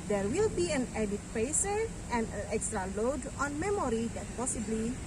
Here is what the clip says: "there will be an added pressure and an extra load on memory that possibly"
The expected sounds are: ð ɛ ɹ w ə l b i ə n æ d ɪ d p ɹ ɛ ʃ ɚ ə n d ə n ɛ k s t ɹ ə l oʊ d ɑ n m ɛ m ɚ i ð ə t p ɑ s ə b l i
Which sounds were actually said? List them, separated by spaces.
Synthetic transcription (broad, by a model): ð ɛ ɹ w ə l b i ə n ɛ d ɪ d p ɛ s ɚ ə n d ə n ɛ k s t ɹ ə l oʊ d ɑ n m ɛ m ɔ i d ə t p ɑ s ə b l i